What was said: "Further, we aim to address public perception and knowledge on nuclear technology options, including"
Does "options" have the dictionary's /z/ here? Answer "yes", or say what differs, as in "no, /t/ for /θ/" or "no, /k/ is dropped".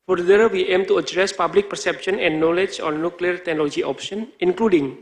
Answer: no, /z/ is dropped